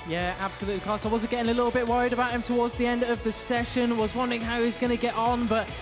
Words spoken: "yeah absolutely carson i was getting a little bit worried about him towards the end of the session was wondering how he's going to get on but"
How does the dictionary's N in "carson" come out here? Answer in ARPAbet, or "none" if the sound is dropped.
none